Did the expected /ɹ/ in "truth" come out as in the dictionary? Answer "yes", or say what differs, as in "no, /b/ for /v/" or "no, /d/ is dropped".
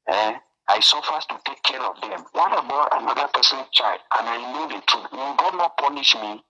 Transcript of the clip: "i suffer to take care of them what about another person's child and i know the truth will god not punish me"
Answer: no, /ɹ/ is dropped